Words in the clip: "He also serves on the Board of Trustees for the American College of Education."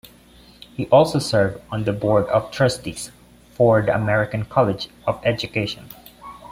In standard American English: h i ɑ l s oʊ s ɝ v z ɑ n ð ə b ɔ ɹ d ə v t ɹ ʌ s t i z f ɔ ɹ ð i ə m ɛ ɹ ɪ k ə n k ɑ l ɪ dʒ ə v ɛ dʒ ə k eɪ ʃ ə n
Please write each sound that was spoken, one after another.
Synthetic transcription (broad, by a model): h i ɑ l s oʊ s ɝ v ɑ n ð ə b ɔ ɹ d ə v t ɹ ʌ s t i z f ɔ ɹ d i ə m ɛ ɹ ɪ k ə n k ɑ l ɪ dʒ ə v ɛ dʒ ə k eɪ ʃ ə n